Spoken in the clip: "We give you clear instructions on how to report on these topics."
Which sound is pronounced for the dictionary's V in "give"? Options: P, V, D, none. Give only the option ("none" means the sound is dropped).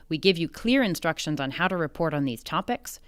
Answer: V